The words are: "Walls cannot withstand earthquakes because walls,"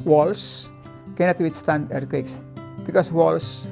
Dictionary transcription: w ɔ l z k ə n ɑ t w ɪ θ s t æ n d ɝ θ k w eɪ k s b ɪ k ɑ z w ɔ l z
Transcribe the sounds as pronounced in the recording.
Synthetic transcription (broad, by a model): w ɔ l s k ə n ɑ t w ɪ t s t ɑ n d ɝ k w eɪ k s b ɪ k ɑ s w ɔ l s